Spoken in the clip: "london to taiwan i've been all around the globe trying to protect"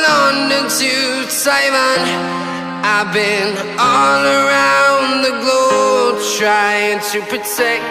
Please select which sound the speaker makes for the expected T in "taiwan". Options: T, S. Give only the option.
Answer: S